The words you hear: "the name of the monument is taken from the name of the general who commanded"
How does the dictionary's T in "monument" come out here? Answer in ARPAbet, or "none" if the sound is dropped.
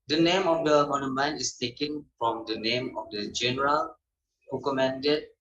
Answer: none